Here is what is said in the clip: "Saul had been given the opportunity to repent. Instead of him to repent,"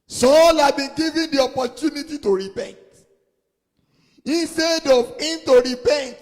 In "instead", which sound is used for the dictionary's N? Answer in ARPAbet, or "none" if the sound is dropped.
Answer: N